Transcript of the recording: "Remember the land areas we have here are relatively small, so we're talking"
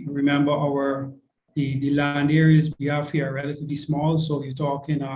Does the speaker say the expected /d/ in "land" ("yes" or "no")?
yes